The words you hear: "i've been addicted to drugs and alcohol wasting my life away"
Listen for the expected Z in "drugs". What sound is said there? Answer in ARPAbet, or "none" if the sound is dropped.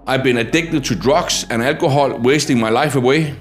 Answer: S